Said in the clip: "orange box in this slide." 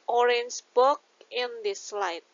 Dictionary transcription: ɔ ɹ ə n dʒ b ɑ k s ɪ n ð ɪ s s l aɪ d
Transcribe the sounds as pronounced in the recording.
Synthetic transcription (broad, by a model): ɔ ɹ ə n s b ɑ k ɪ n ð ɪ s s l aɪ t